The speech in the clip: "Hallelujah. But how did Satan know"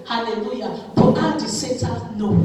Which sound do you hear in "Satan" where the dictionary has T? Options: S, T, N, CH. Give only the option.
S